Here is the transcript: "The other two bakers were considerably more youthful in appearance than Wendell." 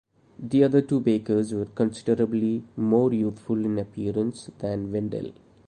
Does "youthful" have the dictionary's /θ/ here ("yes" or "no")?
no